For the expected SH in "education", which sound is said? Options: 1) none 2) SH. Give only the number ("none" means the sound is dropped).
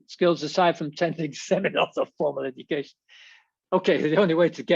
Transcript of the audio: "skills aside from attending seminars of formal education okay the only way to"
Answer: 2